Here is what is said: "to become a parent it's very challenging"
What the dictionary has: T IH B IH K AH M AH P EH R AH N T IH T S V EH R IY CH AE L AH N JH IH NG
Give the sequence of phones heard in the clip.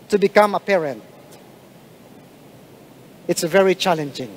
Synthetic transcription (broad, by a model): T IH B IH K AH M AH P EH R AH N T IH T S V EH R IY CH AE L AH N JH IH NG